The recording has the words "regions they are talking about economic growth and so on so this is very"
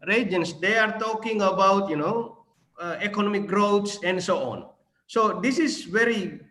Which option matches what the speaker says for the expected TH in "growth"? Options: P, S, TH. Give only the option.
S